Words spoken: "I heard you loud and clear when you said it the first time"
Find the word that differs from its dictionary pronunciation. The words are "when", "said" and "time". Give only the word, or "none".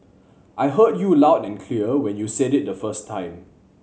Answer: none